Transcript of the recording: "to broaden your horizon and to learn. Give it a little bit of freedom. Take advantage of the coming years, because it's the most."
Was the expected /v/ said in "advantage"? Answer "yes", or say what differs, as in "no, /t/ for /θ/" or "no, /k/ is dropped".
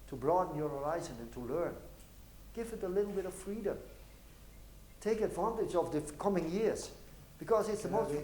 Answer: yes